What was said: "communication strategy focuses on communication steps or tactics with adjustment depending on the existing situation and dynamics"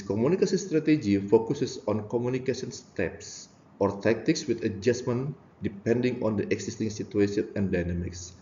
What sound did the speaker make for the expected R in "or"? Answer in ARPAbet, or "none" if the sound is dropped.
R